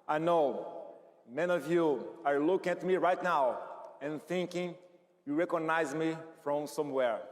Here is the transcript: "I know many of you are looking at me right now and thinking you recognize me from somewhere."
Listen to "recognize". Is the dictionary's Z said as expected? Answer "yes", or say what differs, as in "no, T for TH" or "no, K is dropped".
yes